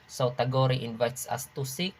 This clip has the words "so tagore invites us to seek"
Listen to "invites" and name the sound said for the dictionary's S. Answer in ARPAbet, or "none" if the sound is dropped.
S